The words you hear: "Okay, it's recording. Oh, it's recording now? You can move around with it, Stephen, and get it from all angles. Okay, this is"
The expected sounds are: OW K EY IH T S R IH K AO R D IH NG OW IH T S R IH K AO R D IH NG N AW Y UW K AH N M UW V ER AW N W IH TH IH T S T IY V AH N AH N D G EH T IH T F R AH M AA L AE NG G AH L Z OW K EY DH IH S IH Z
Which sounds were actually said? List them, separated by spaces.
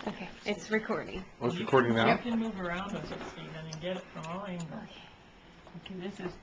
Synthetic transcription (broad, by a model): OW K EY IH T S R IH K AO R D IH NG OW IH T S R IH K AO R D IH NG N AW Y K AH N M UW V ER AW N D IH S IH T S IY AH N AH N G EH T IH T F R AH M AA L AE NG G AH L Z OW K EY DH IH S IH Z